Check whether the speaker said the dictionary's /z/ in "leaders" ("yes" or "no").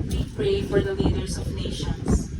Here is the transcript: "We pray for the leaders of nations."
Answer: no